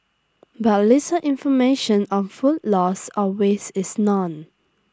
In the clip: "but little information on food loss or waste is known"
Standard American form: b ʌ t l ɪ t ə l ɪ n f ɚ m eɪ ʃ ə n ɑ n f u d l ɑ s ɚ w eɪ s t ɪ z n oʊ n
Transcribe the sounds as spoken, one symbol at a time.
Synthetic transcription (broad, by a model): b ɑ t l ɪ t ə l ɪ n f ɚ m eɪ ʃ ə n ɑ n f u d l ɑ s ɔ w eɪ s ɪ s n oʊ n